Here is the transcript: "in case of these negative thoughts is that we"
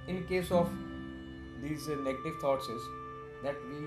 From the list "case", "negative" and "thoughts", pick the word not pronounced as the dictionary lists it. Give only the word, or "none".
thoughts